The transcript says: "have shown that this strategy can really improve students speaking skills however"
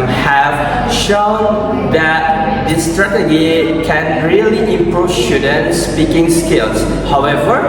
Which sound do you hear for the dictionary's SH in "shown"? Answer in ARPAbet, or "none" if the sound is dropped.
SH